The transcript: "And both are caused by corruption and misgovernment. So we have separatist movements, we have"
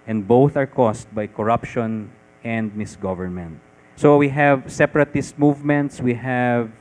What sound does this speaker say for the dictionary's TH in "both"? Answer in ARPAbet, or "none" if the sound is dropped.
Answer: TH